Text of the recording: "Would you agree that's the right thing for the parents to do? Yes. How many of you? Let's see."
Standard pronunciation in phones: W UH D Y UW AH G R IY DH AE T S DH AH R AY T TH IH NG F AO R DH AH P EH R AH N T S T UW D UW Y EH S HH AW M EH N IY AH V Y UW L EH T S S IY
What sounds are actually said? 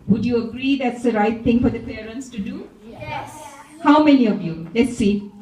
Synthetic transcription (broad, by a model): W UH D Y UW AH G R IY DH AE T S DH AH R AY T T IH NG F AO R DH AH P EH R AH N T S T UW D UW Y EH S HH AW M EH N IY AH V Y UW L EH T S S IY